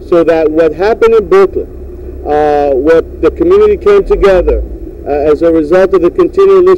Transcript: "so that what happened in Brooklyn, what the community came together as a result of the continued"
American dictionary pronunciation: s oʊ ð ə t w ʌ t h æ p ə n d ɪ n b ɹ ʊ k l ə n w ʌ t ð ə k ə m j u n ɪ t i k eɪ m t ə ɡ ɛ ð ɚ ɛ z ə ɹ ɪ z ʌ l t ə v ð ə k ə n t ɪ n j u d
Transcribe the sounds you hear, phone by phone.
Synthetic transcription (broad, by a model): s oʊ ð ə t w ʌ t h æ p ə n d ɪ n b ʊ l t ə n w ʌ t ð ə k ə m j u n ɪ t i k eɪ m t ə ɡ ɛ ð ɚ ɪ z ə ɹ ɪ z ʌ l t ə v ð ə k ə n t ɪ n j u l